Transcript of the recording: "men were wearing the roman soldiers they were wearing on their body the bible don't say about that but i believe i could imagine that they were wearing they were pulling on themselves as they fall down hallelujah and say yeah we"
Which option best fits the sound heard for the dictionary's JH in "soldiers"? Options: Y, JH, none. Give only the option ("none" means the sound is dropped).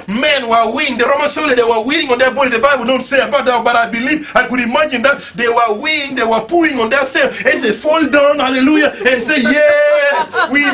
none